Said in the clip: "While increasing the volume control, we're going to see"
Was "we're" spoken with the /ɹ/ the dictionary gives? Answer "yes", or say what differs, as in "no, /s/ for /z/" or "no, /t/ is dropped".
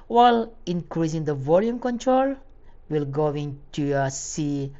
no, /l/ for /ɹ/